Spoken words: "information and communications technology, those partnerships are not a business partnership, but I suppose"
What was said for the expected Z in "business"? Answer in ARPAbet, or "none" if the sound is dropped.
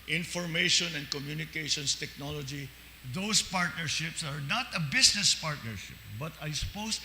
S